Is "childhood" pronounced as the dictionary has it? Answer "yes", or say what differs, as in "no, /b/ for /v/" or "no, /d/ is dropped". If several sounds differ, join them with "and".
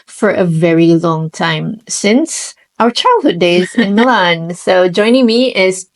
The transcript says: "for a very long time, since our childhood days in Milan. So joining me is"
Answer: yes